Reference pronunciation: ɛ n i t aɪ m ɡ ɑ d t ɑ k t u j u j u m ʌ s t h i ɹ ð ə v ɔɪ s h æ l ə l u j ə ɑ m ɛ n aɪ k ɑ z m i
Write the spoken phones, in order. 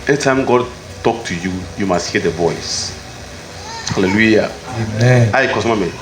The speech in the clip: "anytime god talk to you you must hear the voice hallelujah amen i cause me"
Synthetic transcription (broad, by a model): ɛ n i t aɪ m ɡ ɑ d t ɑ k t u j u j u m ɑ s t h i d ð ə v ɔɪ s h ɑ l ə l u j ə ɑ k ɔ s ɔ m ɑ m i